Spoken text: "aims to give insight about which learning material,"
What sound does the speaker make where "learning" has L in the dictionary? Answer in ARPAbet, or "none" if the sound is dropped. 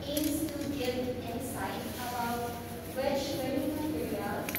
W